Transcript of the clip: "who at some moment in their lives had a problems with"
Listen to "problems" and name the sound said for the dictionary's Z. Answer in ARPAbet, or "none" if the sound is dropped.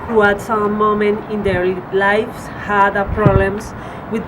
S